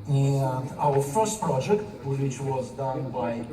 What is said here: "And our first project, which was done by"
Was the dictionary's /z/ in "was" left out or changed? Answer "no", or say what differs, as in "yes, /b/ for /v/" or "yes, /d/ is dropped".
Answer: no